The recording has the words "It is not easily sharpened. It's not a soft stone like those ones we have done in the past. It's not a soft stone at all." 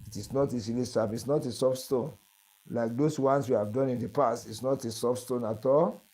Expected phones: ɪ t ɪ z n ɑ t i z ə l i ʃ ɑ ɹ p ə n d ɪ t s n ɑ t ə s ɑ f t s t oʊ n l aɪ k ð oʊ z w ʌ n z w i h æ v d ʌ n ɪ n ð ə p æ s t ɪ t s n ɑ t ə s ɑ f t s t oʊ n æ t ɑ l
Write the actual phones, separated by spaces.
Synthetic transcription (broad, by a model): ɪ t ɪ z n ɑ t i s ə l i s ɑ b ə t s n ɑ t ə s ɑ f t s t oʊ n l aɪ k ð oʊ s w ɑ n s w i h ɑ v d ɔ n ɪ n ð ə p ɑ s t ɪ t s n ɑ t ə s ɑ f s t oʊ n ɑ t ɑ l